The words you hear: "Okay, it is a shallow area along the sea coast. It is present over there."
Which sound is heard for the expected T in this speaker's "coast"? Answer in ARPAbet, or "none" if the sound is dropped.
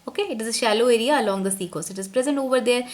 none